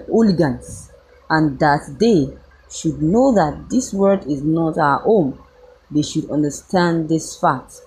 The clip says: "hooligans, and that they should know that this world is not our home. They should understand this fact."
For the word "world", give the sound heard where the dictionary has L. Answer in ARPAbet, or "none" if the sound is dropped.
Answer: none